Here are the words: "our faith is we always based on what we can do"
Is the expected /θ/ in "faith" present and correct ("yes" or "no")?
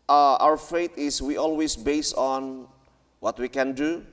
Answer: no